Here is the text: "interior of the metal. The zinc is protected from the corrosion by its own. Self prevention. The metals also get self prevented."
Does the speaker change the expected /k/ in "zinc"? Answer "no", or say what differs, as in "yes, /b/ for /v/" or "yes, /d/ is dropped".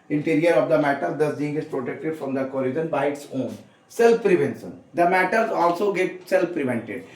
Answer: yes, /k/ is dropped